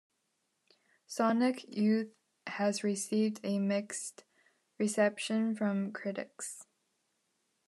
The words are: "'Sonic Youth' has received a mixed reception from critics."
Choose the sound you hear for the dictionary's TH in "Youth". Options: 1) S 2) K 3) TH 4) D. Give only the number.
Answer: 3